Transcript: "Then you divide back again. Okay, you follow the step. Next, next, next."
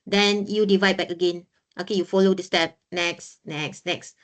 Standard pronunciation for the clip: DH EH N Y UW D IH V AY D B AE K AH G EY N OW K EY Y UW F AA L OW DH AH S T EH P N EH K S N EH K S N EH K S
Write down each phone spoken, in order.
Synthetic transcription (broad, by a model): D EH N Y UW D IH V AY D B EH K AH G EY N OW K EY Y UW F AA L OW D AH S T EH P N EH K S N EH K S N EH K S